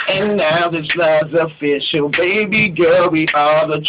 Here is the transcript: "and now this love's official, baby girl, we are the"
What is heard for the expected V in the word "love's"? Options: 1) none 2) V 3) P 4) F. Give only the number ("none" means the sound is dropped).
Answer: 1